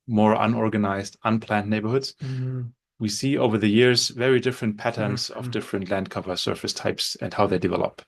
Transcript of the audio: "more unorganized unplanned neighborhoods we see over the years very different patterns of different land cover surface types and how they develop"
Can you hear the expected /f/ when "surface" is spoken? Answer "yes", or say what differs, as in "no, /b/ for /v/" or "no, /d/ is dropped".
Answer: yes